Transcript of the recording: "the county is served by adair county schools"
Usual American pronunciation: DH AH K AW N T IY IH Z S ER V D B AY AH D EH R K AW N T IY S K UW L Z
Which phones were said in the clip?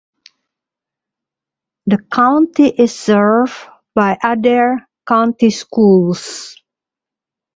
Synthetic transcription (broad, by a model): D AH K AW N T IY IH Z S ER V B AY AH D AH R K AW N T IY S K UW L S